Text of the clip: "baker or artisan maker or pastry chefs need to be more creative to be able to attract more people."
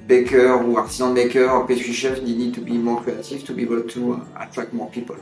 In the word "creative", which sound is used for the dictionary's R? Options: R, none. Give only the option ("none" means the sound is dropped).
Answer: none